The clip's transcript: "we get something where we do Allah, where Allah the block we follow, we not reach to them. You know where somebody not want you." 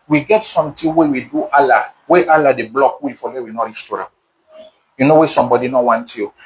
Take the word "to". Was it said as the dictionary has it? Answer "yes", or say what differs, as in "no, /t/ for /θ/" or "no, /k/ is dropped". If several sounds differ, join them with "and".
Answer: yes